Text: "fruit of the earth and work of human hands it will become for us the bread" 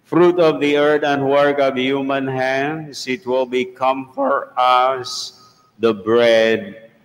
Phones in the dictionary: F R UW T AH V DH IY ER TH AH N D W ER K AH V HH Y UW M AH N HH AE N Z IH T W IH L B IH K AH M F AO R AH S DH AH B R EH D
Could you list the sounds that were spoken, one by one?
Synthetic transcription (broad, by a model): F R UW T AH V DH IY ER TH AH N D W ER K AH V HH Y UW M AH N HH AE N S IH T W IH L B IH K AH M F AO R AH S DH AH B R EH D